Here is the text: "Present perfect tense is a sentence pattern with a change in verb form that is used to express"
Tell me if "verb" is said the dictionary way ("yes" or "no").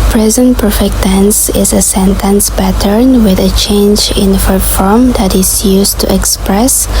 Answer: no